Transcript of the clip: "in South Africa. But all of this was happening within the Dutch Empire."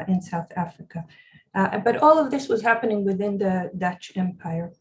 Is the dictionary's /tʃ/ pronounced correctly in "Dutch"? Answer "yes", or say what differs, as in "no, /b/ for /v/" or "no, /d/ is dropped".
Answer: yes